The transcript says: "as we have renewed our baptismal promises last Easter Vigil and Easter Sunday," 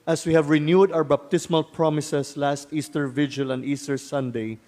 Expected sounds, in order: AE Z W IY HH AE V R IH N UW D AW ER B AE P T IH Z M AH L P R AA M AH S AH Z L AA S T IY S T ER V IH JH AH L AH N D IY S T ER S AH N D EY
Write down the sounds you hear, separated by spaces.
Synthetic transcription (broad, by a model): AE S W IY HH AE V R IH N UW D AW ER B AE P T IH S M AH L P R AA M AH S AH S L AA S T IY S T ER V IH JH AH L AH N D IY S T ER S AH N D EY